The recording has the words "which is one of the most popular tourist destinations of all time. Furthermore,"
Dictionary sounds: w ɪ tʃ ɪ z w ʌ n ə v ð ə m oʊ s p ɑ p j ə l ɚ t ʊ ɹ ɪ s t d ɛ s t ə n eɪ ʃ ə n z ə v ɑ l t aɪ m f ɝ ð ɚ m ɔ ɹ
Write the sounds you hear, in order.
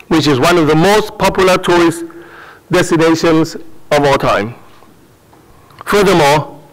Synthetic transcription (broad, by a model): w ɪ tʃ ɪ z w ʌ n ə v ð ə m oʊ s p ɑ p j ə l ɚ t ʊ ɹ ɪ s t d ɛ s t ə n eɪ ʃ ə n z ə v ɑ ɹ t aɪ m f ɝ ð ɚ m ɔ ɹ